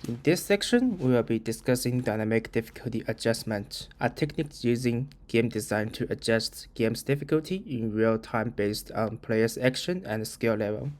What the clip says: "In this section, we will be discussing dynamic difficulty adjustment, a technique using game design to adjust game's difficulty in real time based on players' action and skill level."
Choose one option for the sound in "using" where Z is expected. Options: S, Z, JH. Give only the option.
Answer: Z